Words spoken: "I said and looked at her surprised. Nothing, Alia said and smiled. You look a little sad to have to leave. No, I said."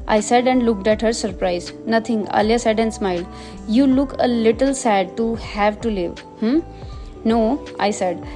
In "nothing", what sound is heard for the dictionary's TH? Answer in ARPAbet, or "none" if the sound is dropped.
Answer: T